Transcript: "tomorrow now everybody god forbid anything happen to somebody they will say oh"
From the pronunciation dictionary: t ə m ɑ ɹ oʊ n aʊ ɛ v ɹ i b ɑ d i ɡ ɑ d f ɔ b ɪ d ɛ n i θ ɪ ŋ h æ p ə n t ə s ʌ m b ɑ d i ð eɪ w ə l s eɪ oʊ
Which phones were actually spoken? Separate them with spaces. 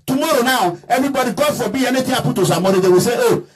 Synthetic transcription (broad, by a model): t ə m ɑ ɹ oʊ n aʊ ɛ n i b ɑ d i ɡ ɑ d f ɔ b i ɛ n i t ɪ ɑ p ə t ə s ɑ m ɑ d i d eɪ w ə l s eɪ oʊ